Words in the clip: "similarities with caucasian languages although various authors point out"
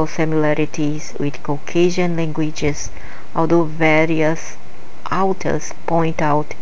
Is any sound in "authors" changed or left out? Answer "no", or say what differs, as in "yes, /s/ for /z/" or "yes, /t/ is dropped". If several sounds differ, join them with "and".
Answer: yes, /t/ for /θ/